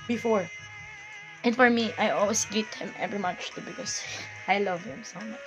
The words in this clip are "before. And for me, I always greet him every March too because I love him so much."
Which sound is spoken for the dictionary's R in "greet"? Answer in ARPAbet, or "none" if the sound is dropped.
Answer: none